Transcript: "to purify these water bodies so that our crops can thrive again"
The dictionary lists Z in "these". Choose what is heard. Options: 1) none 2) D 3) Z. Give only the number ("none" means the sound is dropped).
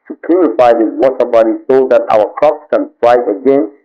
1